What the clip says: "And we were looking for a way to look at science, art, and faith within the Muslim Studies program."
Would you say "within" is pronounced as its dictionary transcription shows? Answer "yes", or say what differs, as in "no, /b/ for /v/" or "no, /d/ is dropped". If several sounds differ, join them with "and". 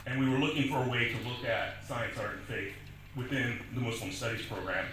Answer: yes